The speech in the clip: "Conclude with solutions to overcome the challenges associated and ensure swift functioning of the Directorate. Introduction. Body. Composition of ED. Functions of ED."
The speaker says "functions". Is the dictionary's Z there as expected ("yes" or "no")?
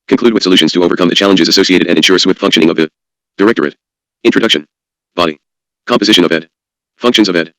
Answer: yes